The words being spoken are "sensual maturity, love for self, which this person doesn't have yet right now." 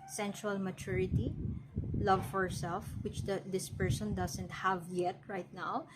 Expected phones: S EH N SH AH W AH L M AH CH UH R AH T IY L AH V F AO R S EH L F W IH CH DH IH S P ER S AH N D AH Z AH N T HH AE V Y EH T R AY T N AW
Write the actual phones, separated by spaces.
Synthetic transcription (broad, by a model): S EH N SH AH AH L M AH CH UH R AH T IY L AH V F AO R S EH L F W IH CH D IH S P ER S AH N D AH S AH N T HH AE V Y EH T R AY T N AW